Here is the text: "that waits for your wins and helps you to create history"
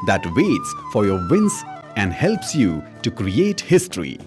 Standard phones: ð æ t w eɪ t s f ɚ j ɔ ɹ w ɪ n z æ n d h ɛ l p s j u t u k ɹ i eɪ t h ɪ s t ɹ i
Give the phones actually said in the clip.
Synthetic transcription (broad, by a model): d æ t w eɪ t s f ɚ j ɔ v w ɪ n s æ n d h ɛ l p s j u t u k ɹ i eɪ t h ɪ s t ɹ i